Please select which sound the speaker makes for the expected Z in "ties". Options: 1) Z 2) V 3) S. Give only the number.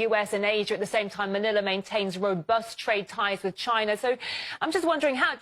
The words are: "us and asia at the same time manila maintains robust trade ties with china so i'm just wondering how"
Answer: 1